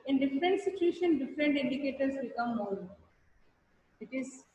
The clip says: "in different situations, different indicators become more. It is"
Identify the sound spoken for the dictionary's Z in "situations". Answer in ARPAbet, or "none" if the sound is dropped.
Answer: none